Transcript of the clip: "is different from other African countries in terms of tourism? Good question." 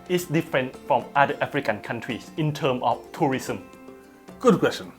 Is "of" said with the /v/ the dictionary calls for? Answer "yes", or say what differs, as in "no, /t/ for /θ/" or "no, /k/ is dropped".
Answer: no, /f/ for /v/